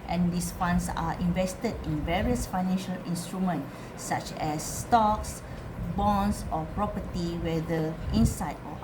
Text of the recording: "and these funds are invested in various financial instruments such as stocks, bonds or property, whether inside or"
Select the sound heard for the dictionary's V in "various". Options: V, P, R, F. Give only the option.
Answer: V